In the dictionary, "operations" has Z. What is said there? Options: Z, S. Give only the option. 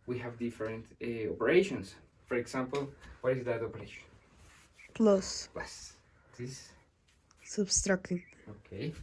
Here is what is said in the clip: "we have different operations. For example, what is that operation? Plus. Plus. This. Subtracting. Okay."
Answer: S